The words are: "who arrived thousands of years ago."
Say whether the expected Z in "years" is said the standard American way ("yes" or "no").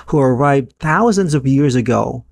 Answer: yes